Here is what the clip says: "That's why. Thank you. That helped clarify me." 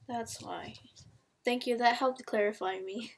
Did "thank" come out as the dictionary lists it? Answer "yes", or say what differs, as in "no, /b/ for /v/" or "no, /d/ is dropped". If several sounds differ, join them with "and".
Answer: yes